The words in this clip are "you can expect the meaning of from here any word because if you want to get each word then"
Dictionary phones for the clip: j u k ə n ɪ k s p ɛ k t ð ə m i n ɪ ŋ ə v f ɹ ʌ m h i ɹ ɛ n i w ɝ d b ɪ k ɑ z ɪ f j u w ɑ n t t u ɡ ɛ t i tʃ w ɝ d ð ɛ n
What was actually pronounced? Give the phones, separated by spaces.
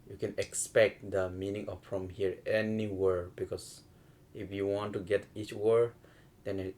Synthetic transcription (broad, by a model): j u k ə n ɪ k s p ɛ k t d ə m i n ɪ ŋ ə f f ɹ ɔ m h i ɹ ɛ n i w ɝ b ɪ k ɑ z ɪ f j u w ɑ n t t u ɡ ɛ t i tʃ w ɝ d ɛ n